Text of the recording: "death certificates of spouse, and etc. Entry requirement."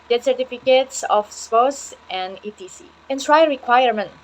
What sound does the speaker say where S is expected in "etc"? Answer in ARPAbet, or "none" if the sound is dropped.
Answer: none